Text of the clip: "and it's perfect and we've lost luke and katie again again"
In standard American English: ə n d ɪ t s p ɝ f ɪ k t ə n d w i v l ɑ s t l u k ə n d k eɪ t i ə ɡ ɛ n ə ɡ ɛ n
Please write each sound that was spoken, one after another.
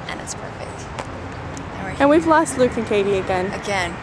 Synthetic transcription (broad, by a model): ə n ɪ t s p ɝ f ɪ k t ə n w i v l ɑ s t l u k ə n k eɪ t i ə ɡ ɛ n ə ɡ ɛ n